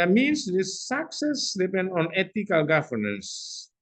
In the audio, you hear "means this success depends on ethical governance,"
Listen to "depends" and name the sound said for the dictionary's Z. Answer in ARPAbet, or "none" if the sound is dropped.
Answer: none